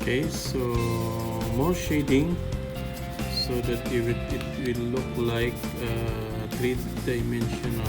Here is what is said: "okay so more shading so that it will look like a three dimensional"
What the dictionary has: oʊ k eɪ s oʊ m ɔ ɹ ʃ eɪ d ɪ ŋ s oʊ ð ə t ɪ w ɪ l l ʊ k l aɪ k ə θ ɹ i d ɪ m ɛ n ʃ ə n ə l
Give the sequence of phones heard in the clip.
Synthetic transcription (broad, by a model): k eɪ s oʊ m ɔ ɹ ʃ eɪ d ɪ ŋ s oʊ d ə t ɪ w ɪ w l ʊ k l aɪ k ə t ɹ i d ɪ m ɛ n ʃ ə n